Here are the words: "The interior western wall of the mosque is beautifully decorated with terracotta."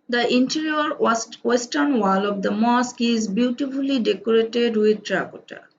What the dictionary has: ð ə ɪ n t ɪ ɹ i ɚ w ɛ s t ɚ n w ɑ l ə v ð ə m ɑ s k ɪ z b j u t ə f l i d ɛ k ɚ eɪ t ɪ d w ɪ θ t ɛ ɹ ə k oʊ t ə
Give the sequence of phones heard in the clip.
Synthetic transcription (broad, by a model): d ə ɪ n t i ɹ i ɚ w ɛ s t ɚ n w ɑ l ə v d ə m ɑ s k ɪ z b j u t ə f l i d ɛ k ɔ eɪ t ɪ d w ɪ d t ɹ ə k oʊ t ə